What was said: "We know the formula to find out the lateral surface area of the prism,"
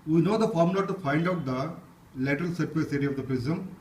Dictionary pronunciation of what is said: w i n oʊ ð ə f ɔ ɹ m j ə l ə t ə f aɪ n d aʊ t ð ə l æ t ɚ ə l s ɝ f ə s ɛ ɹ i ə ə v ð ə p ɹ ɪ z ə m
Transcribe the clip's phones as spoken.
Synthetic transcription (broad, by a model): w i n oʊ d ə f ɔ ɹ m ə l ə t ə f aɪ l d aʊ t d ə l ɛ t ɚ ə l s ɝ ə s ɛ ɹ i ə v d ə p ɹ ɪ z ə m